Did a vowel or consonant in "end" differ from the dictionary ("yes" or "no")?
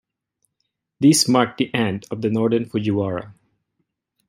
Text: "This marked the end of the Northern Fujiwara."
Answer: no